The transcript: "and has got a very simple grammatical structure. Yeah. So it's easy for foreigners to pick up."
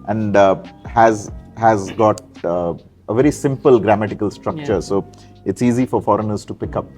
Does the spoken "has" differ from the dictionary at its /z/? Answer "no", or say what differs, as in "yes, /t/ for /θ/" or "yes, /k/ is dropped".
no